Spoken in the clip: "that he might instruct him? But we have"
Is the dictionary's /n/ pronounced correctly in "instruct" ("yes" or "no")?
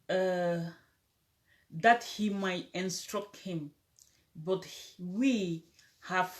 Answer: yes